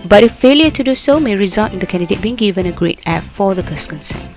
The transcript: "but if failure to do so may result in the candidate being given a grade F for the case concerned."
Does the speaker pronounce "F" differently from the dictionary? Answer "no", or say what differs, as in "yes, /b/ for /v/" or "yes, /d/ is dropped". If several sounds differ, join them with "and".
yes, /p/ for /f/